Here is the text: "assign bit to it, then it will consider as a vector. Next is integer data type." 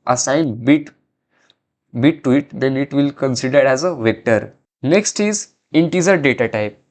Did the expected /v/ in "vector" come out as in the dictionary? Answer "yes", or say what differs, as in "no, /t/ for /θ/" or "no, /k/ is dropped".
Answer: yes